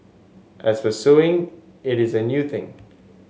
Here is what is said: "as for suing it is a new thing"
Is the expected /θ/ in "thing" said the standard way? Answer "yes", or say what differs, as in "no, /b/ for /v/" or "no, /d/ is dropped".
yes